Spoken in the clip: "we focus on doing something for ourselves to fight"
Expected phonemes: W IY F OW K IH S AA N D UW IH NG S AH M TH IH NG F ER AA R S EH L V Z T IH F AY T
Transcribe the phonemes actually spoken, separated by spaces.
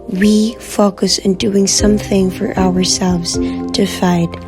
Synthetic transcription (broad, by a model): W IY F OW K IH S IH N D UW IH NG S AH M TH IH NG F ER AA R S EH L V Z T IH F AY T